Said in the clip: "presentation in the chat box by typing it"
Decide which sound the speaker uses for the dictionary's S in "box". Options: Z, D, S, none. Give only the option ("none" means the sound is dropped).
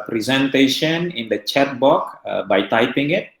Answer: none